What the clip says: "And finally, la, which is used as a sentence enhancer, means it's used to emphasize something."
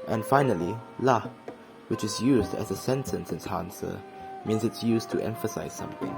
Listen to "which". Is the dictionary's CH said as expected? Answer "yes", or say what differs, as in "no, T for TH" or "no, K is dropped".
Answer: yes